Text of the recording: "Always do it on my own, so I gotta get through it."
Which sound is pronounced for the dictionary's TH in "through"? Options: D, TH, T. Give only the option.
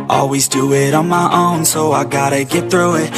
TH